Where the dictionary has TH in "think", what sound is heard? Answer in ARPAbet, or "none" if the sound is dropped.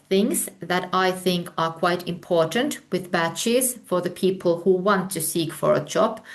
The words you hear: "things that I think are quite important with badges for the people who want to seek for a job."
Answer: TH